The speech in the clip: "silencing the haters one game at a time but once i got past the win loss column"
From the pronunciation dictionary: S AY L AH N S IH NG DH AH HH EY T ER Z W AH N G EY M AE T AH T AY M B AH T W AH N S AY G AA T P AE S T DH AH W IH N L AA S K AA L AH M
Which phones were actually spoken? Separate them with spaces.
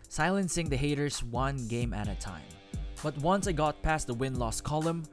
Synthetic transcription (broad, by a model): S AY L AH N S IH NG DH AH HH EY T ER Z W AH N G EY M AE T AH T AY M B AH T W AH N S AY G AA T P AE S T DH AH W IH N L AA S K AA L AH M